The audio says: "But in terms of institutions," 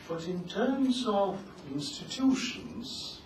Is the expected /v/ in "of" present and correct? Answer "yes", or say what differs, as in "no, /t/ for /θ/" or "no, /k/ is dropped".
yes